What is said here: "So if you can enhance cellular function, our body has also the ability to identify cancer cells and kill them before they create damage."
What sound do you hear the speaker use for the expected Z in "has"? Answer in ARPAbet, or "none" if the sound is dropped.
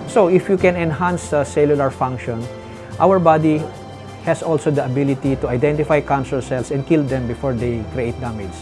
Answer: S